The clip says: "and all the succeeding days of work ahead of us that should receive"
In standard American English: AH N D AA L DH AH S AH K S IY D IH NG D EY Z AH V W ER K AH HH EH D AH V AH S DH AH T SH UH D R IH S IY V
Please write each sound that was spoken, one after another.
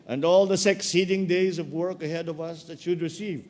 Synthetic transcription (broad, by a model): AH N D AA L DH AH S AH K S IY D IH NG D EY Z AH V W ER K AH HH EH D AH V AH S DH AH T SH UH D R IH S IY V